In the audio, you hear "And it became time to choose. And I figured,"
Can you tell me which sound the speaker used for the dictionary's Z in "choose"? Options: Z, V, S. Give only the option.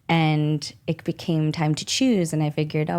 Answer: Z